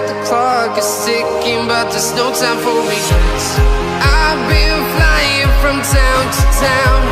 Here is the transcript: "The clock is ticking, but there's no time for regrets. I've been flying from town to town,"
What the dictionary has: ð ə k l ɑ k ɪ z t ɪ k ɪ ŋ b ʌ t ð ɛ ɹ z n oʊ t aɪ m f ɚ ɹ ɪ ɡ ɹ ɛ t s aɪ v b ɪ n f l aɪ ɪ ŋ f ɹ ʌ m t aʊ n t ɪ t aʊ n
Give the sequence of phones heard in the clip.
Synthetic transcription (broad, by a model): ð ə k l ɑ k ɪ z s ɪ k ɪ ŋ b ʌ t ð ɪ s n oʊ t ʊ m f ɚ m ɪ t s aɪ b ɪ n f l aɪ ɪ ŋ f ɹ ʌ m t aʊ n t ɪ t aʊ n